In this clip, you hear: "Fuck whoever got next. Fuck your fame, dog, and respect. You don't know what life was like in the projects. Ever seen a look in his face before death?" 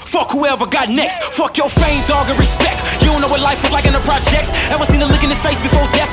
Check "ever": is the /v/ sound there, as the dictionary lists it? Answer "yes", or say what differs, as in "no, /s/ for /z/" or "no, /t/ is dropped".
no, /w/ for /v/